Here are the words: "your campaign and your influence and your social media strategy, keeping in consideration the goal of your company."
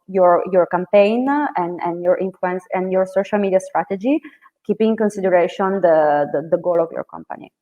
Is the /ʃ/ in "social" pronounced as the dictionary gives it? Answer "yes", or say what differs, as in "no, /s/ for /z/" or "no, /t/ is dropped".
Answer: yes